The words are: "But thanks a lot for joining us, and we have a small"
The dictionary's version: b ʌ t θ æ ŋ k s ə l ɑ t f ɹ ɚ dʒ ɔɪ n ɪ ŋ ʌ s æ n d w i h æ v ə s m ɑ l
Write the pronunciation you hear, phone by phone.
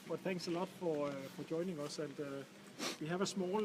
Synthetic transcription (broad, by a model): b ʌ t θ æ ŋ k s ə l ɑ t f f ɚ dʒ ɔɪ n ɪ ŋ ʌ s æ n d w i h æ v ə s m ɑ l